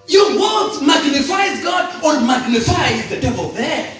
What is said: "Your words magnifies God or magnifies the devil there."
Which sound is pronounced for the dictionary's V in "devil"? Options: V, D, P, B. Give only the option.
V